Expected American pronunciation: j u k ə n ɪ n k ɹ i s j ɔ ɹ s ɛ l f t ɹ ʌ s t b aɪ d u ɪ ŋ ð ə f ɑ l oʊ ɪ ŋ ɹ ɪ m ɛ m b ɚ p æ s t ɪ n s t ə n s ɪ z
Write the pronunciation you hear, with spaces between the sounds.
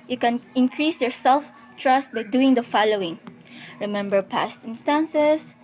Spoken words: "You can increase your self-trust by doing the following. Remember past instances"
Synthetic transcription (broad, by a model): j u k ə n ɪ n k ɹ i s j ɔ ɹ s ɛ l f t ɹ ʌ s t b aɪ d u ɪ ŋ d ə f ɑ l oʊ ɪ ŋ ɹ ɪ m ɛ m b ɚ p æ s t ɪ n s t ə n s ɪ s